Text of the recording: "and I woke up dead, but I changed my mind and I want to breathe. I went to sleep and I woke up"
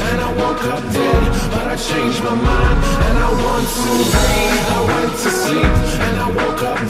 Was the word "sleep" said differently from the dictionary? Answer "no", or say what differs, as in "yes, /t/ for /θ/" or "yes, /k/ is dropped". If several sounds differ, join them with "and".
yes, /l/ is dropped and /p/ is dropped